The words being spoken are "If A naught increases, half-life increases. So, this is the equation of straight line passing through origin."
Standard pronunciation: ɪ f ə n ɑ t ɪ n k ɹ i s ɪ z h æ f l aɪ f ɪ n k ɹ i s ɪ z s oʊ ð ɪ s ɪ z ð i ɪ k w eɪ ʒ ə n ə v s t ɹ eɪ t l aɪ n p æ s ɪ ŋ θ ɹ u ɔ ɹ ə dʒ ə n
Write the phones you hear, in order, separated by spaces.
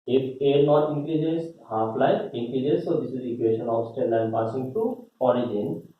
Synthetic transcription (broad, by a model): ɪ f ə n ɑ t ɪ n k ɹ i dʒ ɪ s h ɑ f l aɪ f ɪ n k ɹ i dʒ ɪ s s oʊ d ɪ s ɪ z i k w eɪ ʃ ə n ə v s t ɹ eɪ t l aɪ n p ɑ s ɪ ŋ t ɹ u ɔ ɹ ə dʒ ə n